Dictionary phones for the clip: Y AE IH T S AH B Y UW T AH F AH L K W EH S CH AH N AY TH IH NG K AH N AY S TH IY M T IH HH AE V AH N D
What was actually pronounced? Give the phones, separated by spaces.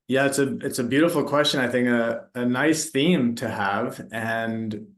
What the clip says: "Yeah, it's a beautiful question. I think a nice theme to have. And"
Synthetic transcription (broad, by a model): Y AE IH T S AH B Y UW T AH F L K W EH S CH AH N AY TH IH NG K AH N AY S TH IY M T IH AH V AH N